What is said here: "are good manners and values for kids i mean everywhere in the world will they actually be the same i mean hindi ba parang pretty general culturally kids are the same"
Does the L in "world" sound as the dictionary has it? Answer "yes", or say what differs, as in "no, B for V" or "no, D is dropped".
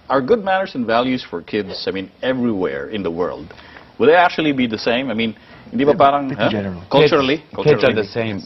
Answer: yes